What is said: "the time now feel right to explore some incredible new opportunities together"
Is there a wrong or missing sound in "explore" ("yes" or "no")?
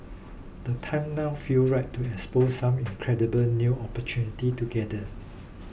yes